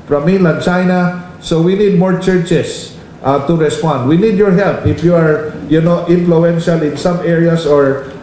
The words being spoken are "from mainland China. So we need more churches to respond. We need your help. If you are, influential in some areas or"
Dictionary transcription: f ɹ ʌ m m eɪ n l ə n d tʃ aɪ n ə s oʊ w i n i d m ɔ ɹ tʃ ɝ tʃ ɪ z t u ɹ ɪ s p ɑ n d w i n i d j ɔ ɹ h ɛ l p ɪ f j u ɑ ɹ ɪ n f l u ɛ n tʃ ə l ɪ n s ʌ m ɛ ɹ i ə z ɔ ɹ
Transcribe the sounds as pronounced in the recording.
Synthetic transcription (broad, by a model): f ɹ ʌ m m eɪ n l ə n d tʃ aɪ n ə s oʊ w i n i d m ɔ ɹ tʃ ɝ tʃ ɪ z t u ɹ ɪ s p ɑ n d w i n i d j ɔ ɹ h ɛ l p ɪ f j u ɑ ɹ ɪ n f l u ɛ n ʃ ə l ɪ n s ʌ m ɛ ɹ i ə s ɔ ɹ